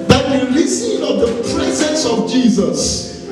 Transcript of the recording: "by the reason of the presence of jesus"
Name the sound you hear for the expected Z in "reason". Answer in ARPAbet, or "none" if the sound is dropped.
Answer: S